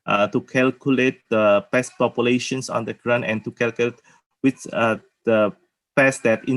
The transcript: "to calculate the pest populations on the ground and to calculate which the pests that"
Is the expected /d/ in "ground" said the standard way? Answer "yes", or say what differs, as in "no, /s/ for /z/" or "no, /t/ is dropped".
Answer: no, /d/ is dropped